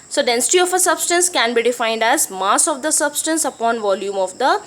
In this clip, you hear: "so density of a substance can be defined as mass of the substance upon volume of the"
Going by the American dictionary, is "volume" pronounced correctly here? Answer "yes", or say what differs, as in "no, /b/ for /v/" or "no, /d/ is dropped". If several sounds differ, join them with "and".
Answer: yes